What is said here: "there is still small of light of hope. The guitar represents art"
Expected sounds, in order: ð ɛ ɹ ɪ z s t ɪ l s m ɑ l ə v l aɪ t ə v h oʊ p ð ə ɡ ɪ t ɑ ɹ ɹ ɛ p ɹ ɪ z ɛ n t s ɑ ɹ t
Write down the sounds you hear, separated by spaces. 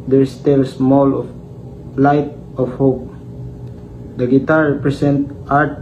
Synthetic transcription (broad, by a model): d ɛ ɹ s t ɪ l s m ɑ l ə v l aɪ t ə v h oʊ p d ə ɡ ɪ t ɑ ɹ ɹ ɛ p ɹ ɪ s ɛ n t ɑ ɹ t